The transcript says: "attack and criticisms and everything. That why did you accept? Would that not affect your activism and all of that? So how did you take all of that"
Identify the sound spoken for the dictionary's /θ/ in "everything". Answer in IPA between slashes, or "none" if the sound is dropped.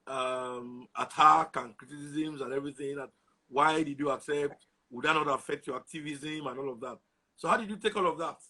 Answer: /θ/